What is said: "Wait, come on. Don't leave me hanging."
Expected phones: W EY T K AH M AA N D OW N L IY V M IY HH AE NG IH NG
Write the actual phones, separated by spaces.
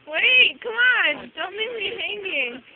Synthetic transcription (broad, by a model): W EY T K AH M AA N D OW N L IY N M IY HH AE NG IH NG